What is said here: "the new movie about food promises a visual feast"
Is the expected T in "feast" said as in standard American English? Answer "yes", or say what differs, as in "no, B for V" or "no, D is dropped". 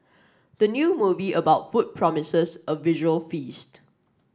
yes